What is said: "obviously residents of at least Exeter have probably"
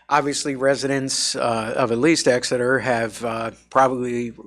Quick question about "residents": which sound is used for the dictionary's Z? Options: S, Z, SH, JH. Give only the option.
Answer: Z